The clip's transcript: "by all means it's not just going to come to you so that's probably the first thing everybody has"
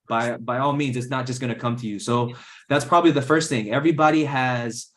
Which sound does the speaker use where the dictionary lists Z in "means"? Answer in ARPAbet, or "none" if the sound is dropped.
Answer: Z